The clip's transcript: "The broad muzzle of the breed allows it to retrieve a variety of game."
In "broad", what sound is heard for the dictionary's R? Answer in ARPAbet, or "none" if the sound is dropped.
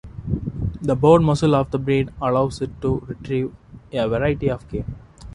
none